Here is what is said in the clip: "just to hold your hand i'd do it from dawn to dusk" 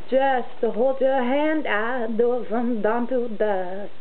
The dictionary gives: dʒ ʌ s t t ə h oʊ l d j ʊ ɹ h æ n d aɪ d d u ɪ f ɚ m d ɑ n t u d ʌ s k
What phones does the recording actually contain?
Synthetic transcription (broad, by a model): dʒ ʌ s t t ə h oʊ l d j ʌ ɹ h æ n d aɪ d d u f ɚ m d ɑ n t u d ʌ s